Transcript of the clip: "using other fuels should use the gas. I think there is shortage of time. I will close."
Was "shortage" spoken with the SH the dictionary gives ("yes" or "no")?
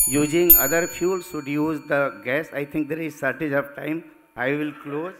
no